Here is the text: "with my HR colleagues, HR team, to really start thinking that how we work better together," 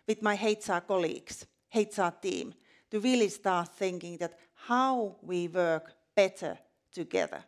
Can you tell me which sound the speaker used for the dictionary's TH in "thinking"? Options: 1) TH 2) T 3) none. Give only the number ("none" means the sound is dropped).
1